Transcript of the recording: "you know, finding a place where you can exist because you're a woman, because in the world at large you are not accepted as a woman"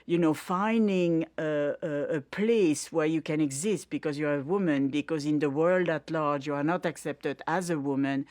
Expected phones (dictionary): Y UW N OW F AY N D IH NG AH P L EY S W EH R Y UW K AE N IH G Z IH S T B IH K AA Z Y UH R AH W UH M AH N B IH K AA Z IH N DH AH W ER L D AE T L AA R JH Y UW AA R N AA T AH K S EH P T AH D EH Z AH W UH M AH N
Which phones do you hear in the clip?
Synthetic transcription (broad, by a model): Y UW N OW F AY N D IH NG AH P L EY S W EH R Y UW K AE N IH G Z IH S T B IH K AA Z Y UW R AH W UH M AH N B IH K AA Z IH N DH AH W ER L D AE T L AA R JH Y UW AA R N AA T AH K S EH P T AH D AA Z AH W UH M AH N